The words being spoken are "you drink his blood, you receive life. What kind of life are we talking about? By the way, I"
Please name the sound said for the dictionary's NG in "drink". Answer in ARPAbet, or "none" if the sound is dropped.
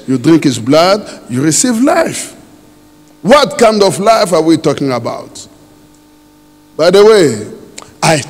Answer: NG